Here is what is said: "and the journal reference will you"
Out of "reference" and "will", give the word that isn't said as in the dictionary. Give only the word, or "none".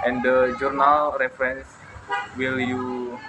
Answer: none